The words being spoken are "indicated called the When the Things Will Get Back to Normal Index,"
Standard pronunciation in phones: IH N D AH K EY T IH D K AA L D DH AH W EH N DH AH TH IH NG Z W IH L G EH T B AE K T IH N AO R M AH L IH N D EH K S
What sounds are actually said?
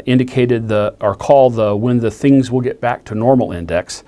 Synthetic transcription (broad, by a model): IH N D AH K EY T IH D K AA L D DH AH W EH N DH AH TH IH NG Z W IH L G EH T B AE K T IH N AO R M L IH N D EH K S